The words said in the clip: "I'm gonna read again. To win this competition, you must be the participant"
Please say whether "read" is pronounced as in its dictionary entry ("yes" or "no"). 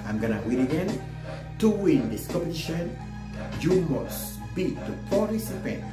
no